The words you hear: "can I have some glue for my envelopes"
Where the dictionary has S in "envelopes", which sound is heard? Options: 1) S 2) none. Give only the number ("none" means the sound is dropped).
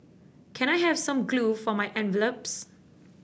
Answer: 1